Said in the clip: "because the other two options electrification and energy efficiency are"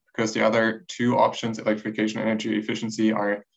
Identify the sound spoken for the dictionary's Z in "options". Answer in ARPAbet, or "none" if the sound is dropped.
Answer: Z